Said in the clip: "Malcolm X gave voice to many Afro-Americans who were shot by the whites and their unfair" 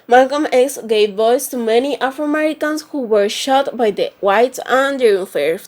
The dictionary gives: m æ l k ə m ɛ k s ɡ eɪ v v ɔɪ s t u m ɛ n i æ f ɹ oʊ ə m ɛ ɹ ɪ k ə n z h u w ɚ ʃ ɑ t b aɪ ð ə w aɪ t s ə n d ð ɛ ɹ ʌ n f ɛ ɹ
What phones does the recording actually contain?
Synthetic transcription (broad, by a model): m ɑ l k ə m ɛ k s ɡ eɪ v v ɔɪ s t u m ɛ n i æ f ɹ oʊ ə m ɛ ɹ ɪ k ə n s h u w ɚ ʃ ɑ t b aɪ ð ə w aɪ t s ə n d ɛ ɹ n f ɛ ɹ